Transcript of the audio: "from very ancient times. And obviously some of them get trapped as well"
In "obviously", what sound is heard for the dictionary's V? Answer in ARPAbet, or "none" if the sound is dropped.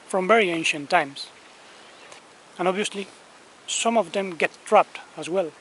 V